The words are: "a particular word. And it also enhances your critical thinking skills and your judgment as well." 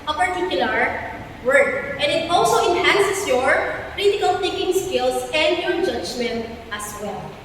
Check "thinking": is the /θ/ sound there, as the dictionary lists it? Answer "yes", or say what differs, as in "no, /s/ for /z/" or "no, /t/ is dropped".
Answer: no, /t/ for /θ/